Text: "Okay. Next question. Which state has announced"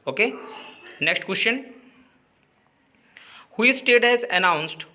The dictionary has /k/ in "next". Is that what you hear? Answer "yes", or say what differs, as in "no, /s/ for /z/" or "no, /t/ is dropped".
yes